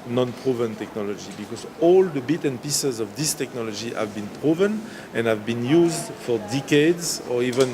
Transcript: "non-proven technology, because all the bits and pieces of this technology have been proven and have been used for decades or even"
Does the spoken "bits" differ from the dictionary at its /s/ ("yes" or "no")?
yes